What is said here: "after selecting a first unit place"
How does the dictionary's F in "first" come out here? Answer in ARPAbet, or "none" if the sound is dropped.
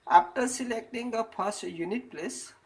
P